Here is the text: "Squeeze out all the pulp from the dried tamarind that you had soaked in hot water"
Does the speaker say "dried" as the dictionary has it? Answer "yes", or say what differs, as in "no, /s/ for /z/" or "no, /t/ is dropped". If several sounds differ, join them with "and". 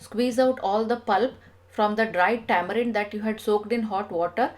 yes